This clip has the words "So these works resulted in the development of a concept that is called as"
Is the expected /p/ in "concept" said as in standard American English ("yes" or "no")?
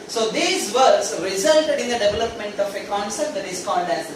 no